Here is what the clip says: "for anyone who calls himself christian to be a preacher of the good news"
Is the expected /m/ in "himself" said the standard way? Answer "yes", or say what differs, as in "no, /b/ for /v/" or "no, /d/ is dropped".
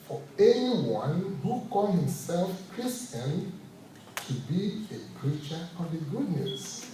yes